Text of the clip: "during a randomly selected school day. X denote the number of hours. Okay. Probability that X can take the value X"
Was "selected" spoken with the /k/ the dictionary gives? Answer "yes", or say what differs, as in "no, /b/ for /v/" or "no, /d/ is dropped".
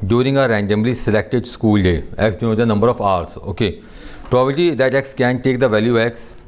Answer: yes